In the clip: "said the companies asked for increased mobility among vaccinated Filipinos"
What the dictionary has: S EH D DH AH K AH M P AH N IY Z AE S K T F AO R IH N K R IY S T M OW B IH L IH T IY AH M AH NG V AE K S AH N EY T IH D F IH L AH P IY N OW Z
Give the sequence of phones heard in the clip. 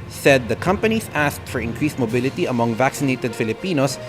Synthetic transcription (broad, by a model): S EH D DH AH K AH M P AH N IY S AE S K T F AO R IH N K R IY S M OW B IH L IH T IY AH M AH NG V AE K S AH N EY T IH D F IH L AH P IY N OW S